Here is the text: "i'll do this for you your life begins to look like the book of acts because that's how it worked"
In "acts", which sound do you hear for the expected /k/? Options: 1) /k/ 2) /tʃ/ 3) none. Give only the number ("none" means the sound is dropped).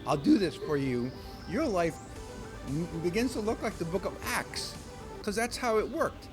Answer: 1